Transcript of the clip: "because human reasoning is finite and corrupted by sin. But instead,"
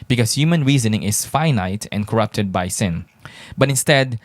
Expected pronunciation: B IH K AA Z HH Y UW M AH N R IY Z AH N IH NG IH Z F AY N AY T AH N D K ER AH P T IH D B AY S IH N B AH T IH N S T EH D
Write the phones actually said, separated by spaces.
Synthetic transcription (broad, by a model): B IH K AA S HH Y UW M AH N R IY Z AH N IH NG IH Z F AY N AY T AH N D K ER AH P T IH D B AY S IH N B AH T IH N S T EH D